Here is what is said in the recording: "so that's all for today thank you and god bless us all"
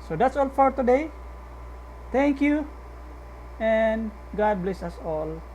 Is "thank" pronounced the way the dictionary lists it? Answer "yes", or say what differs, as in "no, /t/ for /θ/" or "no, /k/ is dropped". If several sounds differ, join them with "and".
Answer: no, /t/ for /θ/